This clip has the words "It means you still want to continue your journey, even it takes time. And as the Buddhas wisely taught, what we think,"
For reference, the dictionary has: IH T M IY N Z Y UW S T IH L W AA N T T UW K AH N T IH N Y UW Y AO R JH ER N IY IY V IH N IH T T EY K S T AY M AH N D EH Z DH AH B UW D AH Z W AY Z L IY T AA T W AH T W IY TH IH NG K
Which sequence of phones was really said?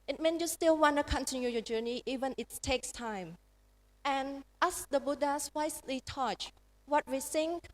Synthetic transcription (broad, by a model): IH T M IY N Y UW S T IH L W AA N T T UW K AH N T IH N Y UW Y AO JH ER N IY IY V IH N IH T T EY K S T AY M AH N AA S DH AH B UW D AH S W AY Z L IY T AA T W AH T W IY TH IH NG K